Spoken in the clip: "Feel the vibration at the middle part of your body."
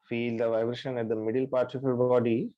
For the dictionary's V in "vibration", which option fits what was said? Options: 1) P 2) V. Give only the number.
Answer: 2